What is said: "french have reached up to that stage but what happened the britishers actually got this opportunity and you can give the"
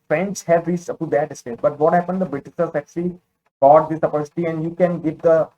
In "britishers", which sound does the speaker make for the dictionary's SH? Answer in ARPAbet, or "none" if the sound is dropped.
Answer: S